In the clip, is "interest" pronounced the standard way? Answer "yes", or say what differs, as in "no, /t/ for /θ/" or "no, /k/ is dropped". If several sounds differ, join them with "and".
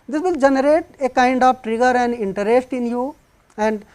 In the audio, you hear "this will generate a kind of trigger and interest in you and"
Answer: yes